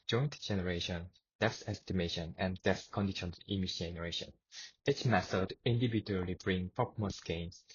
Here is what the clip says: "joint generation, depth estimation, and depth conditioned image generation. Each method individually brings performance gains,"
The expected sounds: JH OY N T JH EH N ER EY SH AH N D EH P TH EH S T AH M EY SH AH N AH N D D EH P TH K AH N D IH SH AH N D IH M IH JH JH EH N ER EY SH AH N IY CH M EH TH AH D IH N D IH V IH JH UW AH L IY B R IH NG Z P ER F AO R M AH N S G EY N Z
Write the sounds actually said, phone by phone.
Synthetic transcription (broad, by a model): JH OY N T JH EH N ER EY SH AH N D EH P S EH S T AH M EY SH AH N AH N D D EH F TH K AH N D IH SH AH N IH M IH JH JH EH N ER EY SH AH N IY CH M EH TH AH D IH N D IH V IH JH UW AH L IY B R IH NG P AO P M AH S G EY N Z